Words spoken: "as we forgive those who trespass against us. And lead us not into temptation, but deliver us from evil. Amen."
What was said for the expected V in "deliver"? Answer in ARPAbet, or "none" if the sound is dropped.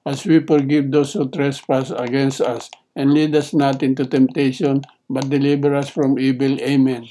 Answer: B